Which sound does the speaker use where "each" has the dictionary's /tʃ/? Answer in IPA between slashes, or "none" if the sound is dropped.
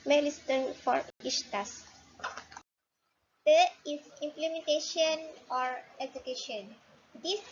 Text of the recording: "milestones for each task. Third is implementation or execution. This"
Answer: /ʃ/